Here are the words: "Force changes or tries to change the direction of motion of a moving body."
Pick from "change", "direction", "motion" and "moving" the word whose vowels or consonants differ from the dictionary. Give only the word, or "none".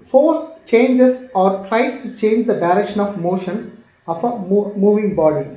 none